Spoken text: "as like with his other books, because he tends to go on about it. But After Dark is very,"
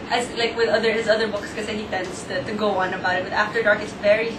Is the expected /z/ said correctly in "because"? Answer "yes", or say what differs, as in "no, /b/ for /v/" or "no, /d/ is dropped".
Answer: no, /z/ is dropped